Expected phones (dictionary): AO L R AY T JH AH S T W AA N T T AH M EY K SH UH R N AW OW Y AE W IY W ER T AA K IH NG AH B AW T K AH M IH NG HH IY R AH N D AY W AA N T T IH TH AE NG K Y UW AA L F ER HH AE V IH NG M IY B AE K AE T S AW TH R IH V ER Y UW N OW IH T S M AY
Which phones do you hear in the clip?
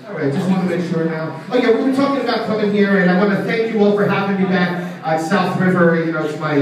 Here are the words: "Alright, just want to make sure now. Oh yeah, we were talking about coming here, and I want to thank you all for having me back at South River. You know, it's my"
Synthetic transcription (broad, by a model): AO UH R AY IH JH AH S T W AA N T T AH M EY K SH UH R N AW OW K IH W IY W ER T AA K IH NG AH B AW T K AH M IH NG HH IY R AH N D AY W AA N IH TH AE NG K Y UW AA L F ER HH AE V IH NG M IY B AE K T S AW TH R IH V ER Y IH N OW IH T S M AY